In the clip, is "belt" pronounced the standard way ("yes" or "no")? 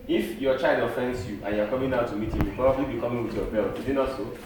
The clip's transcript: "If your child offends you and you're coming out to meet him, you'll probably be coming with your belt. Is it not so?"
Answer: no